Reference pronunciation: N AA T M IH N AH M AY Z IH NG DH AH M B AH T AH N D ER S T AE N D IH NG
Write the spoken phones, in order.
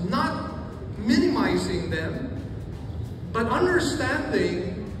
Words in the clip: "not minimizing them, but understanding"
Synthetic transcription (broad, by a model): N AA T M IH N AH M AY Z IH NG DH AH M B AH T AH N D ER S T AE N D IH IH